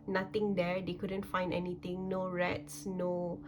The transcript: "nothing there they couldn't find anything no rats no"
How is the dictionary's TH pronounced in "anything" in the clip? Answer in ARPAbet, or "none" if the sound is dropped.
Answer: T